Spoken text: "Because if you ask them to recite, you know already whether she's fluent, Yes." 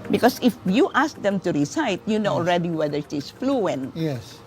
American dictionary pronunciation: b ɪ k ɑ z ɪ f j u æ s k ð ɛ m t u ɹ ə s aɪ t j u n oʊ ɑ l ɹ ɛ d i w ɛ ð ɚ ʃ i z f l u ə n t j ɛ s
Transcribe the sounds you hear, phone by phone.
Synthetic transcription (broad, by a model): b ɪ k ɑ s ɪ f j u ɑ s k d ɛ m t u ɹ ə s aɪ t j u n oʊ ɑ l ɹ ɛ d i w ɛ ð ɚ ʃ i s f l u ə n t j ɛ s